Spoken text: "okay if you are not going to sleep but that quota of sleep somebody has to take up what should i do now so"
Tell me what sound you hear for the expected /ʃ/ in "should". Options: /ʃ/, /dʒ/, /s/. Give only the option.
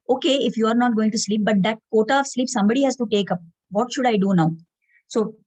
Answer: /ʃ/